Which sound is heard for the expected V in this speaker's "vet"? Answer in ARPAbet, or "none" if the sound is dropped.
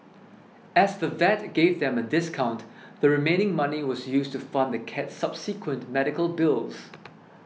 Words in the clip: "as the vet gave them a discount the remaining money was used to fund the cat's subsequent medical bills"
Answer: V